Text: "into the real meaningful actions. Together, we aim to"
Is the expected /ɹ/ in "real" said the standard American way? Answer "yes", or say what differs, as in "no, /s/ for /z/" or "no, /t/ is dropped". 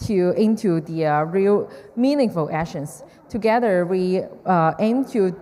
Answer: yes